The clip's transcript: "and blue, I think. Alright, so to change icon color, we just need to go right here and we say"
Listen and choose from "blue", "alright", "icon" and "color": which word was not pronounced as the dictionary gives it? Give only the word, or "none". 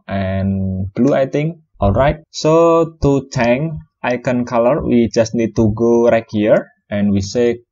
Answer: none